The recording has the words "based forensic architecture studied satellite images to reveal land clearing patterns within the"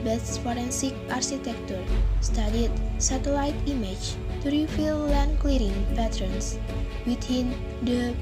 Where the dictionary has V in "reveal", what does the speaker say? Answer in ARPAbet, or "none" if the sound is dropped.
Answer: F